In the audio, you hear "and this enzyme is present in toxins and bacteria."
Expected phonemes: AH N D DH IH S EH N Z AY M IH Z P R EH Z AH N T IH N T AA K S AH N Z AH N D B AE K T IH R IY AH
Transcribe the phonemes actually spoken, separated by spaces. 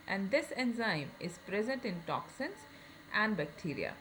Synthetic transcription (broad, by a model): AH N D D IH S EH N Z AY M IH Z P R EH Z AH N T IH N T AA K S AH N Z AH N D B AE K T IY R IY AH